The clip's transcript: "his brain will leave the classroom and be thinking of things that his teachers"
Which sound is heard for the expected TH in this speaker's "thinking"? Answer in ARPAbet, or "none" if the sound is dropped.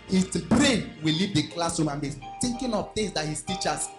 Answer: T